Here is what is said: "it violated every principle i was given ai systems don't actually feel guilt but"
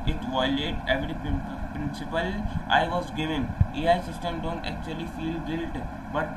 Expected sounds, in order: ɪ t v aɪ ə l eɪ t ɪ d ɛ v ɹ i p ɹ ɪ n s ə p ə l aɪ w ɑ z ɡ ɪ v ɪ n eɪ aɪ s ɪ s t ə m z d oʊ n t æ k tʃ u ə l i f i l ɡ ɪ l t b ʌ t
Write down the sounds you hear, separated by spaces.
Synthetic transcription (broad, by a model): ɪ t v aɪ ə l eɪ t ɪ d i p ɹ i p ɹ ɪ n s ə p ə l aɪ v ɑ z ɡ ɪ v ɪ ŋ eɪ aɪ s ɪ s t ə m d oʊ n t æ k tʃ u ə l i f i l ɡ ɪ l t b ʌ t